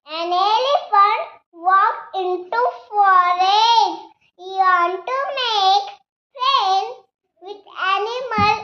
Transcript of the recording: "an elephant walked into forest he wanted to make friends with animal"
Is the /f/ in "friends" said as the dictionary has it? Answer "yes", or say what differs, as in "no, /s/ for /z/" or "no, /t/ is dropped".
no, /p/ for /f/